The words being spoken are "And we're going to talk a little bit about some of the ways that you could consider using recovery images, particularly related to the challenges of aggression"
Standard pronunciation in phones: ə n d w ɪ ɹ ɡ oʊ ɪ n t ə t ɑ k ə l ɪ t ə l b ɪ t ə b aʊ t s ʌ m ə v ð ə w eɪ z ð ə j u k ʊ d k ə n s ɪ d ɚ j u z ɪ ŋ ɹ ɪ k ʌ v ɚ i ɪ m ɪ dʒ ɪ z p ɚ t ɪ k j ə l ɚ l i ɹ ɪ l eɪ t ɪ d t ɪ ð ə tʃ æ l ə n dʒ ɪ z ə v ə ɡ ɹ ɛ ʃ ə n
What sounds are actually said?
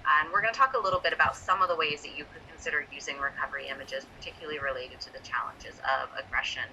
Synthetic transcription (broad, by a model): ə n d w ɪ ɹ ɡ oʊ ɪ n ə t ɑ k ə l ɪ t l b ɪ t ə b aʊ t s ʌ m ə v ð ə w eɪ z ð ə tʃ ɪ k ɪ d k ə n s ɪ d ɚ j u z ɪ ŋ ɹ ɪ k ʌ v ɚ i ɪ m ɪ dʒ ɪ z p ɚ t ɪ k j l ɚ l i ɹ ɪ l eɪ t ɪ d t ɪ ð ə tʃ æ l ə n dʒ ɪ z ə v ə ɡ ɹ ɛ ʃ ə n